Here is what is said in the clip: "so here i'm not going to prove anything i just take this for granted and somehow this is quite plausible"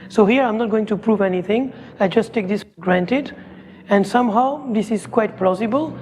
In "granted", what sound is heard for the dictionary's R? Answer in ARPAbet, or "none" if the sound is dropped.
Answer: R